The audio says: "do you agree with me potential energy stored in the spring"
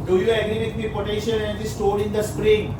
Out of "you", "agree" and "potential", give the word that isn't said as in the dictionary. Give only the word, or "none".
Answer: potential